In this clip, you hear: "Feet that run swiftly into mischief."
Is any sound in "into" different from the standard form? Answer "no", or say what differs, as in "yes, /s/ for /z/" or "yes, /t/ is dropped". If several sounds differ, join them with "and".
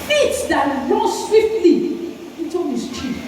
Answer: yes, /n/ is dropped